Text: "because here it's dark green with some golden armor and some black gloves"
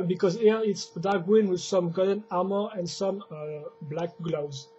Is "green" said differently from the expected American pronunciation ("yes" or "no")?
yes